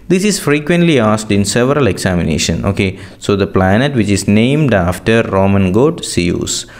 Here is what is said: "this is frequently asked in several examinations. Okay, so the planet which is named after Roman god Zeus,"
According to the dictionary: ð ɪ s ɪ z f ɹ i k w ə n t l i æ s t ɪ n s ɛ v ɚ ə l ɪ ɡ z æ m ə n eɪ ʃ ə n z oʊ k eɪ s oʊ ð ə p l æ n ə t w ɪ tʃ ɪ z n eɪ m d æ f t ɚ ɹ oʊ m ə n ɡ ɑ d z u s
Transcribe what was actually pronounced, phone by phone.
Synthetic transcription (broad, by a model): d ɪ s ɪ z f ɹ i k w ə n t l i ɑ s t ɪ n s ɛ v ɚ ə l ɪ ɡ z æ m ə n eɪ ʃ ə n oʊ k eɪ s oʊ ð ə p l æ n ə t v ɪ tʃ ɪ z n eɪ m d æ f t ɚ ɹ oʊ m ə n ɡ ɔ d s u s